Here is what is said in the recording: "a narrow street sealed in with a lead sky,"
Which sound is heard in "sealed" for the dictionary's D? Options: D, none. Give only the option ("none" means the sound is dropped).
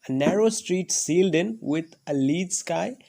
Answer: D